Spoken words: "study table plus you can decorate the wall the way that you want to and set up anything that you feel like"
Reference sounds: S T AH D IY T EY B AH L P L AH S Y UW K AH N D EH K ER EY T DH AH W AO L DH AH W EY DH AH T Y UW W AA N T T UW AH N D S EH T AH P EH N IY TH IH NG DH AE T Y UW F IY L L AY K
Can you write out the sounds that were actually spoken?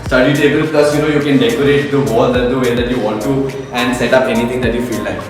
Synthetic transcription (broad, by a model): S T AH D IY T EY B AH L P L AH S Y UW K AH N D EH K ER EY T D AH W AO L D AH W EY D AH T Y UW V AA N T T UW AH N D S EH T AH P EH N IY T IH NG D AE T Y UW F IY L L AY K